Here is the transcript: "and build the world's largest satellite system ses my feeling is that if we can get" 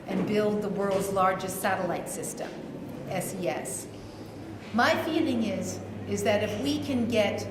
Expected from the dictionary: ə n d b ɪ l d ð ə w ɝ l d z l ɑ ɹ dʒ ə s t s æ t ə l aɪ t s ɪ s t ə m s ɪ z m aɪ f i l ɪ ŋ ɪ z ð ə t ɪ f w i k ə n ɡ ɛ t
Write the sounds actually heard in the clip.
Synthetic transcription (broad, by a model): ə n b ɪ l d ð ə w ɝ l d z l ɑ ɹ dʒ ə s t s æ t ə l aɪ t s ɪ s t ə m s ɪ s m aɪ f i l ɪ ŋ ɪ z ð ə t ɪ f w i k ə n ɡ ɛ t